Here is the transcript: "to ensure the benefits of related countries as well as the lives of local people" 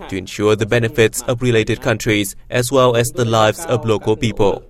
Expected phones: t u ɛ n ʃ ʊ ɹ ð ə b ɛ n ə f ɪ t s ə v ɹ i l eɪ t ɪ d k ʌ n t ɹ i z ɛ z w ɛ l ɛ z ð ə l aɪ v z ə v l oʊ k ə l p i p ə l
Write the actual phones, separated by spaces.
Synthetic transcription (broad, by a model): t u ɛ n ʃ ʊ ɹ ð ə b ɛ n ə f ɪ t s ə v ɹ i l eɪ t ɪ d k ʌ n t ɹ i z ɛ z w ɛ l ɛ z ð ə l aɪ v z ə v l oʊ k ə l p i p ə l